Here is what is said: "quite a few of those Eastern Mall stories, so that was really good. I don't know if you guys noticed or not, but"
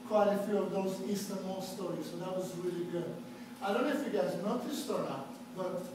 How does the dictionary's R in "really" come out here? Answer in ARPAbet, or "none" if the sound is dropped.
R